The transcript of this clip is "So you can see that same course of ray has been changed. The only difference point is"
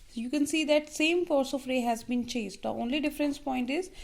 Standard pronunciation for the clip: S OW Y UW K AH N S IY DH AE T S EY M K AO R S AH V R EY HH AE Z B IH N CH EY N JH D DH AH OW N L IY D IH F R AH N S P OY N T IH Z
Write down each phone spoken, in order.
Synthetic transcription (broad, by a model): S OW Y UW K AH N S IY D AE T S EY M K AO R S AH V R EY HH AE Z B IH N CH EY JH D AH OW N L IY D IH F R AH N S P OY N T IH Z